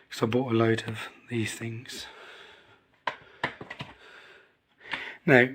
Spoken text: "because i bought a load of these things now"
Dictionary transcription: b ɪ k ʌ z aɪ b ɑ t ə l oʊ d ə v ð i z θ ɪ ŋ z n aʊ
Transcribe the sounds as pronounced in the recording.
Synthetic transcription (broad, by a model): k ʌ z aɪ b ɑ t ə l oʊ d ə v ð i z θ ɪ ŋ z n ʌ